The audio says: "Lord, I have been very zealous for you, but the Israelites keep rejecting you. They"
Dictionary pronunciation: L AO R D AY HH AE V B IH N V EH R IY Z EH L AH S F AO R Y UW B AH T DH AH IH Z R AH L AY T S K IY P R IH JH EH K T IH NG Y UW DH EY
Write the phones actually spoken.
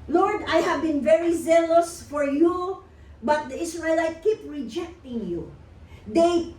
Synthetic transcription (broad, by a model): L AO R D AY HH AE V B IH N V EH R IY Z EH L AH S F AO R Y UW B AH T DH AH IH S R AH L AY T K IY P R IH JH EH K T IH NG Y UW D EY